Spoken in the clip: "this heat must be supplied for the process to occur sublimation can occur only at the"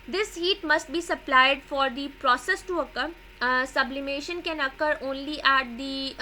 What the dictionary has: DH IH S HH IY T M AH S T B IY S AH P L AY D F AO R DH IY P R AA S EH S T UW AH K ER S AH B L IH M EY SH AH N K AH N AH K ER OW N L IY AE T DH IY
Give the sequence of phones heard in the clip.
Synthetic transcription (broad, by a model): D IH S HH IY T M AH S T B IY S AH P L AY D F AO R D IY P R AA S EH S T UW AH K ER S AH B L IH M EY SH AH N K AH N AH K ER OW N L IY AE T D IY